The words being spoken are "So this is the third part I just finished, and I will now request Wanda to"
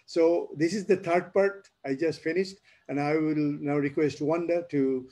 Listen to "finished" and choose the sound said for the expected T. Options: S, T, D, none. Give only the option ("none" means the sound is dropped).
T